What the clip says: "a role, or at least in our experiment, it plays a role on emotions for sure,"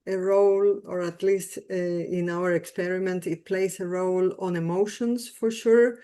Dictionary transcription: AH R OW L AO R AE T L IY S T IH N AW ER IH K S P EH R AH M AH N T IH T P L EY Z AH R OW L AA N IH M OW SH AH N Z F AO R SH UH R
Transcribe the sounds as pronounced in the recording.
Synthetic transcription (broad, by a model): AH R OW L AO R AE T L IY S T IH N AW ER IH K S P EH R AH M AH N T IH T P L EY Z AH R OW L AA N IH M OW SH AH N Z F AO R SH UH R